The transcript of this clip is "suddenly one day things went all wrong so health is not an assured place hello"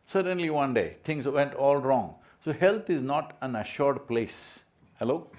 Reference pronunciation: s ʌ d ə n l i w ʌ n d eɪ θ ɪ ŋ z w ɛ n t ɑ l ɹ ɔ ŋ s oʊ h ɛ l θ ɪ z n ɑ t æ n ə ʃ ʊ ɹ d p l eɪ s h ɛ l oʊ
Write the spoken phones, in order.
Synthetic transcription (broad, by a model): s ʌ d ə n l i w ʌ n d eɪ t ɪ ŋ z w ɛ n t ɑ l ɹ ɔ ŋ s oʊ h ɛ l t ɪ z n ɑ t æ n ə ʃ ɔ ɹ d p l eɪ s h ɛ l oʊ